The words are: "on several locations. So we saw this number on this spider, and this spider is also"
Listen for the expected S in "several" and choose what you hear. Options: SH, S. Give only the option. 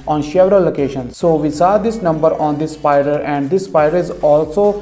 SH